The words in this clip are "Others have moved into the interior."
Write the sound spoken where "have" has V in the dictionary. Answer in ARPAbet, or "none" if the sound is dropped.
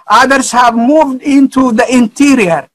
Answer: V